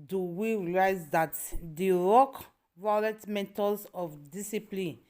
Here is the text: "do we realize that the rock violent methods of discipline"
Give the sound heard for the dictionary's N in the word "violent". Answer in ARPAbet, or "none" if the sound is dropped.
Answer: none